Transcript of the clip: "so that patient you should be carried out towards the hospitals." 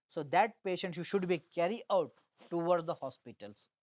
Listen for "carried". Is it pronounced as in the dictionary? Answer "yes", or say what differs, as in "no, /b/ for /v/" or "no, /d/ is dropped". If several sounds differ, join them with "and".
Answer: no, /d/ is dropped